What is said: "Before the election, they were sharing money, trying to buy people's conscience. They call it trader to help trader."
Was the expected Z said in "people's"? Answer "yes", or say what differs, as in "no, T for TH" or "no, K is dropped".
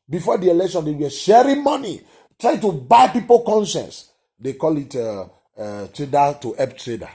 no, Z is dropped